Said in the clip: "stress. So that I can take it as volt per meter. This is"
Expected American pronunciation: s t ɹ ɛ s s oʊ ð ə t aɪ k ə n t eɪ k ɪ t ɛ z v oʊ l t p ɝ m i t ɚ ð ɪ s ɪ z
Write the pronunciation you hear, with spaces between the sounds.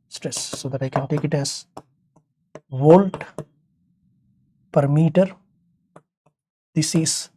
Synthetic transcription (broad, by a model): s t ɹ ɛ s s oʊ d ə t aɪ k ə n t eɪ k ɪ t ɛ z v oʊ l t p ɝ m i t ɚ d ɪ s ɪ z